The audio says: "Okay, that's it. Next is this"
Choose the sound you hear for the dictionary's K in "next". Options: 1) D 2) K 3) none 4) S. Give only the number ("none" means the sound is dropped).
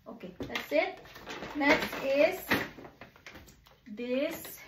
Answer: 3